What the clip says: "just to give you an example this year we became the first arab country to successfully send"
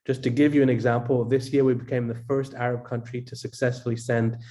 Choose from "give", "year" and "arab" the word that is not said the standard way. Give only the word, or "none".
none